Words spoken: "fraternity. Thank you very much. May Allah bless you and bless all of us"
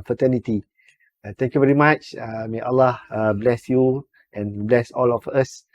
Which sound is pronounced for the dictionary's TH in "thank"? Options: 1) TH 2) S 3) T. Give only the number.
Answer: 3